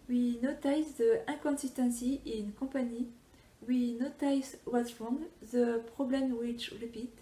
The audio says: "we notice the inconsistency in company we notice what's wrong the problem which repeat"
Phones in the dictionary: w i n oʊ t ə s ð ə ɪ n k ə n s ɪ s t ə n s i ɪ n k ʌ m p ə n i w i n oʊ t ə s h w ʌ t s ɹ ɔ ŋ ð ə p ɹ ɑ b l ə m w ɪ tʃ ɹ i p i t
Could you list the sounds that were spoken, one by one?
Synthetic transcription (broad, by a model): w i n oʊ t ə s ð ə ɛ k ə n s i s t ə n s i ɪ n k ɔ p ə n i w i n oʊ t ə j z w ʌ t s ɹ ɔ ŋ ð ə p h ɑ b l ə m w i tʃ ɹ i p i t